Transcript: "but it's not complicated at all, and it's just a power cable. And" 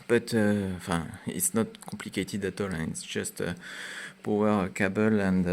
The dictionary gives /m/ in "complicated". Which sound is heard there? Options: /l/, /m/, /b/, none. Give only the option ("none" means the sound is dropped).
none